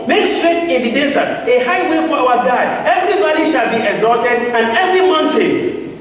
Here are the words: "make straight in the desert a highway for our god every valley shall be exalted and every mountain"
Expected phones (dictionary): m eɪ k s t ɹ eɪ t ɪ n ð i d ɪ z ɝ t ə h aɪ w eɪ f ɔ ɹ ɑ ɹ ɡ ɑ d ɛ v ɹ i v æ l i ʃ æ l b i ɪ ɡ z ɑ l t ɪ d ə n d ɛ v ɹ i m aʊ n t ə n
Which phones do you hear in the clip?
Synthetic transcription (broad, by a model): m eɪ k s t ɹ eɪ t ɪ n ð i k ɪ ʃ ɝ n ə h aɪ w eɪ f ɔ w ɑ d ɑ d ɛ v ɹ i b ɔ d i ʃ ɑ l b i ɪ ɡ z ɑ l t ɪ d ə n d ɛ v ɹ i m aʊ n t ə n